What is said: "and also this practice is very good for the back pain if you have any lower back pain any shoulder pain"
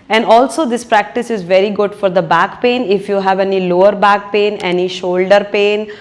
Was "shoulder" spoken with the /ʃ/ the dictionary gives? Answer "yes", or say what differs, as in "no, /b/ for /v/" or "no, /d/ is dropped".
yes